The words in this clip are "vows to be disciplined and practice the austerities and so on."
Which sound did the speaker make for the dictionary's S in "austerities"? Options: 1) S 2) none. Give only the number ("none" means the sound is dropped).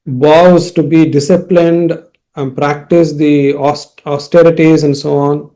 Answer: 1